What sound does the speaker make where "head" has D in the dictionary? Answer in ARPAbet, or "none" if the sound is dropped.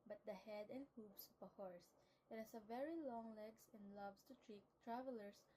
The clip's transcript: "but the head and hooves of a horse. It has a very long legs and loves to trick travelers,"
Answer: D